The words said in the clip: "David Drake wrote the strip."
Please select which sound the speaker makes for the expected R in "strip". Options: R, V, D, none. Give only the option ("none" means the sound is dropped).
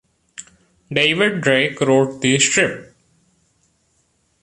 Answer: R